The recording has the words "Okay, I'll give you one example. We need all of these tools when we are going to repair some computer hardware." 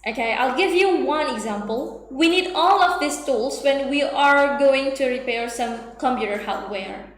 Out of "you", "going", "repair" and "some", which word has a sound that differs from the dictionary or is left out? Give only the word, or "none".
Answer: none